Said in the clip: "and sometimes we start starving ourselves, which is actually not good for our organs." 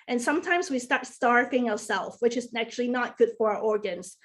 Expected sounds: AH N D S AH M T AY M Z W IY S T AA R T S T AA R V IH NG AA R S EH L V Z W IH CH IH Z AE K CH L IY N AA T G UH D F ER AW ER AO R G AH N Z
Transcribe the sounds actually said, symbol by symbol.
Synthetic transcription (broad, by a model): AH N S AH M T AY M Z W IY S T AA R T S T AA R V IH NG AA R S EH L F W IH CH IH Z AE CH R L IY N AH T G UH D F ER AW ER AO R G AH N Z